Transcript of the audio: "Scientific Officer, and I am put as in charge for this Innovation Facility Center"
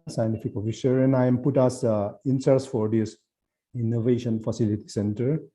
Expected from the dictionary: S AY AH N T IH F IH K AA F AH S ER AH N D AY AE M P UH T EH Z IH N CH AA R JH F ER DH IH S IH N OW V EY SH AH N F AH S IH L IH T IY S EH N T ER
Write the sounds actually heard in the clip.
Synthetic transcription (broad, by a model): S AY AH N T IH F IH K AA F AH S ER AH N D AY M P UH T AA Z IH N S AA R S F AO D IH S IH N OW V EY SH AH N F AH S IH L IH T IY S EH N T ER